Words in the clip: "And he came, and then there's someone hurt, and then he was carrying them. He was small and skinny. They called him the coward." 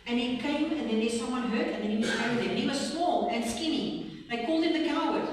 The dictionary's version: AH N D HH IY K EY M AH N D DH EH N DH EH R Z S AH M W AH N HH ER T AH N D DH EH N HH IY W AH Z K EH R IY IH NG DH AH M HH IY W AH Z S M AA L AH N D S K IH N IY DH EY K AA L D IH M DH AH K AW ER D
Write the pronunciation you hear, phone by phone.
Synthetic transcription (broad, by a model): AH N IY K EY M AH N DH EH N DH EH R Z S AH M W AH N HH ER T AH N DH EH N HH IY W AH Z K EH IY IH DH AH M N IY W AH Z S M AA L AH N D S K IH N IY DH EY K AA L D IH M DH AH K AW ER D